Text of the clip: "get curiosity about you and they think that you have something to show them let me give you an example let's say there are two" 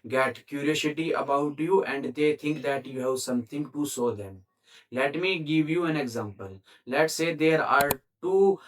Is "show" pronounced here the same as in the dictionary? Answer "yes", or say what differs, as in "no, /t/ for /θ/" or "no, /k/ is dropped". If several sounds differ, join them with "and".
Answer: no, /s/ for /ʃ/